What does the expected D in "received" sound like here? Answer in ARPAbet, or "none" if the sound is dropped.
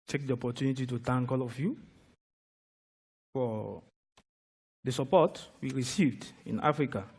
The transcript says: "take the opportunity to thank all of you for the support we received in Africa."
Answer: D